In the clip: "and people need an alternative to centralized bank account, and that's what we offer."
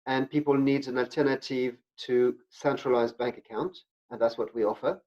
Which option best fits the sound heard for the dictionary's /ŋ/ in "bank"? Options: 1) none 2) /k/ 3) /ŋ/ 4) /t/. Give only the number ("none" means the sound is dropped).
3